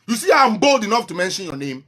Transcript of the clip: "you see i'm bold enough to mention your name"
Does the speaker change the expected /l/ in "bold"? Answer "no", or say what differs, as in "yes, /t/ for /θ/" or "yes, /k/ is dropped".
no